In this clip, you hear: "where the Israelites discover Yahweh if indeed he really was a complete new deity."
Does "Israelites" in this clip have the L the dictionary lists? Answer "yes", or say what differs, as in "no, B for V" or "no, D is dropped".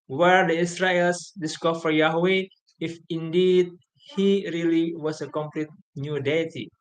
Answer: no, L is dropped